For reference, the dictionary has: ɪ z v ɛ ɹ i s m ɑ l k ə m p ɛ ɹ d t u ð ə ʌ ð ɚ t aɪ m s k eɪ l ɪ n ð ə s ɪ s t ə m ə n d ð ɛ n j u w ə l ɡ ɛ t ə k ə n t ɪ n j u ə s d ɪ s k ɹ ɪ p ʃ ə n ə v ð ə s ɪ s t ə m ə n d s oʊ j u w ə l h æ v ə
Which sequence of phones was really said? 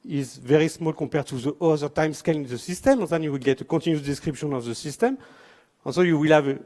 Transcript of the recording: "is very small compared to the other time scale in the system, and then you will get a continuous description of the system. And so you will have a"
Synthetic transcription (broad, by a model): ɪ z v ɛ ɹ i s m ɑ l k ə p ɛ ɹ t u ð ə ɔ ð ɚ t aɪ m s k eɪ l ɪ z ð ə s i s t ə m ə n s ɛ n j u w ə l ɡ ɛ t ə k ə t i n j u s d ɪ s k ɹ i p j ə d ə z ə s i s t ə m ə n s oʊ j u w ə l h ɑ v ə